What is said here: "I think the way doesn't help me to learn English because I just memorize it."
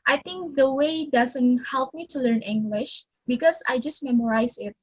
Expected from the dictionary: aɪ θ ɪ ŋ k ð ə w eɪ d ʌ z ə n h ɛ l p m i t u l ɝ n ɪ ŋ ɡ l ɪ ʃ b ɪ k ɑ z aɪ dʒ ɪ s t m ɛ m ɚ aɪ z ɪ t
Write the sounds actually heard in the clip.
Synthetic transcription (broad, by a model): aɪ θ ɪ ŋ k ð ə w eɪ d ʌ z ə n h ɛ l p m i t u l ɝ n ɪ ŋ ɡ l ɪ ʃ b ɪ k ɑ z aɪ dʒ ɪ s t m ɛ m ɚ aɪ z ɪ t